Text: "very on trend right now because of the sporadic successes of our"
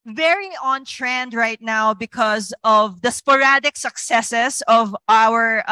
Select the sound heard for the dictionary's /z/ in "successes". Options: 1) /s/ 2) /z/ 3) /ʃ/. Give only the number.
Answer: 1